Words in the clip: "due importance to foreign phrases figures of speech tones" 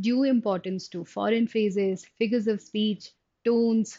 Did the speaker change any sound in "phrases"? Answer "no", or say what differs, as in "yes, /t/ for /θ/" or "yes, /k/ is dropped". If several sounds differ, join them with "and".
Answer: yes, /ɹ/ is dropped